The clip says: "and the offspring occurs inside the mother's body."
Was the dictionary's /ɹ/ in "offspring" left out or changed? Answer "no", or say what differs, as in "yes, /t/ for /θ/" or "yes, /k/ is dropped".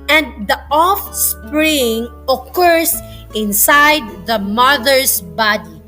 no